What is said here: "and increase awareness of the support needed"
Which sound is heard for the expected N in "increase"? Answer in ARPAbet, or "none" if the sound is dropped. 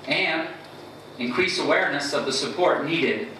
N